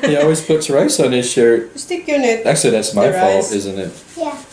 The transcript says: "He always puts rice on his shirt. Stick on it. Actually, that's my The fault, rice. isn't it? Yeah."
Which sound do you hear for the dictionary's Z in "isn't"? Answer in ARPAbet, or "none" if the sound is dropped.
Z